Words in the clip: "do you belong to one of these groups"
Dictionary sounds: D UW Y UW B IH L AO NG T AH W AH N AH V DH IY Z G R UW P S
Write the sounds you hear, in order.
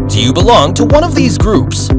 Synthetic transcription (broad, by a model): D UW Y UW B IH L AO NG T AH W AH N AH V DH IY Z G R UW P S